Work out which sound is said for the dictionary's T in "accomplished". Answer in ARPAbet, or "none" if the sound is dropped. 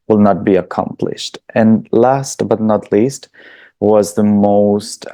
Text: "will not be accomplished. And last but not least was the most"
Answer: T